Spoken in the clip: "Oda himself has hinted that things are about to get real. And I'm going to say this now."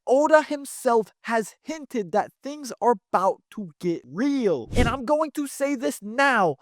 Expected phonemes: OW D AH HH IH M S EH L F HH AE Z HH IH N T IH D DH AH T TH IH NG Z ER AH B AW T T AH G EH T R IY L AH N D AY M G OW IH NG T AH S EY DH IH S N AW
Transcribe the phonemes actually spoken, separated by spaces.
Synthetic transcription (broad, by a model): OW D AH HH IH M S EH L F HH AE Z HH IH N T IH D DH AH T TH IH NG Z ER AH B AW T T AH G EH T R IY L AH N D AY M G OW IH NG T AH S EY DH IH S N AW